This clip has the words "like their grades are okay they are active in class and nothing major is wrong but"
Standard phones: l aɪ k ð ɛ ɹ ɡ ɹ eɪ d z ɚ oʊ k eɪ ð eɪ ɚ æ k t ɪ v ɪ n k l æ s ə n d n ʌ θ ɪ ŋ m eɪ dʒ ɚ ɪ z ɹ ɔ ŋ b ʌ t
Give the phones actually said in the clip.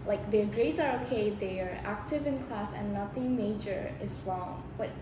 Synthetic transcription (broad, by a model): l aɪ k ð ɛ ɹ ɡ ɹ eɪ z ɚ oʊ k eɪ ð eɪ ɚ æ k t ɪ v ɪ n k l æ s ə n n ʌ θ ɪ ŋ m eɪ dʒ ɚ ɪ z ɹ ɔ ŋ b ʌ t